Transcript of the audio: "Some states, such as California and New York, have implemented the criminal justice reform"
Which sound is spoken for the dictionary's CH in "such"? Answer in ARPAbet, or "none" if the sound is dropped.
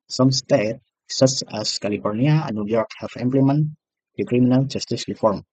S